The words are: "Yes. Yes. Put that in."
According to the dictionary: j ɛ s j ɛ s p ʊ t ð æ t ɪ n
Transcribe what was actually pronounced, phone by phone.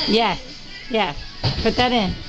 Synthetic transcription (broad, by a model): j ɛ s j ɛ s b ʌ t ð æ t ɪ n